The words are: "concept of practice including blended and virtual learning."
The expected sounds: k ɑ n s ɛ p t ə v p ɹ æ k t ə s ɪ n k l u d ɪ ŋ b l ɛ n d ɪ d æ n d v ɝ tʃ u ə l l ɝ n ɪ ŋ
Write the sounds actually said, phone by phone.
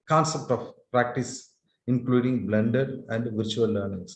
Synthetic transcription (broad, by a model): k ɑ n s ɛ p t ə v p ɹ æ k t ə s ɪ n k l u d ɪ ŋ b l ɛ n d ɪ d æ n d v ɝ tʃ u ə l l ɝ n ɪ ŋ